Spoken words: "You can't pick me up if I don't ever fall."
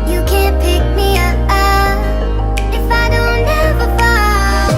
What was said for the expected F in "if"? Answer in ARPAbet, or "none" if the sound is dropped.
F